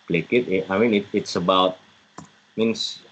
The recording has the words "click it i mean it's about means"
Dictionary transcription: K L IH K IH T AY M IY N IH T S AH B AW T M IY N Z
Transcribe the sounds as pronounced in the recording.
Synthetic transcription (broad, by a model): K L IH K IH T AY M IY N IH T S AH B AW T M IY N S